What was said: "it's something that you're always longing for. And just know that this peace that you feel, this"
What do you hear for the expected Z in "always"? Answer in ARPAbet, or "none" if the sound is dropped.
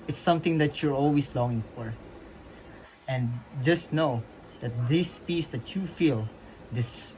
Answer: S